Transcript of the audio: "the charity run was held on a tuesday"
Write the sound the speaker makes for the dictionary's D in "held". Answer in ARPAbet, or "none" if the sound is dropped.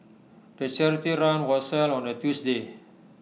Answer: none